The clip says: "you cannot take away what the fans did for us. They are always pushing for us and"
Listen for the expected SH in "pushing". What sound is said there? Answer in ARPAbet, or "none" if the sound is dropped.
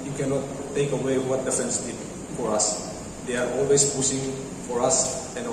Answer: S